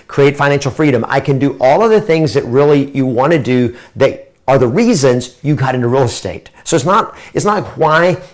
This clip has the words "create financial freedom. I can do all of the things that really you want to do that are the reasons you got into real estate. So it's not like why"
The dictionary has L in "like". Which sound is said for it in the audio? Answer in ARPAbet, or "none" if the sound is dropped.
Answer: N